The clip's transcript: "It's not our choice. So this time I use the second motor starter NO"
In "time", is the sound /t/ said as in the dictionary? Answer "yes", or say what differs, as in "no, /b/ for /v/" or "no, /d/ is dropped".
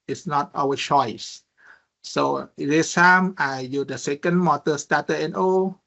no, /s/ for /t/